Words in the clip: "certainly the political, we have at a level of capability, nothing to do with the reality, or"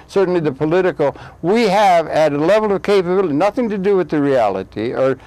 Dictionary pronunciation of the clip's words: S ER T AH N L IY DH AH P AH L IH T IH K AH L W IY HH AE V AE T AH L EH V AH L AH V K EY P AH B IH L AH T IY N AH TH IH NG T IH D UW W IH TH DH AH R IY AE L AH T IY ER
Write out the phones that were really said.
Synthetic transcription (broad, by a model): S ER T N L IY DH AH P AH L IH T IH K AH L W IY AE V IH T AH L EH V L AH V K EY P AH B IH L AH T IY N AH TH IH NG T IH D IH W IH DH AH R IY AE L AH T IY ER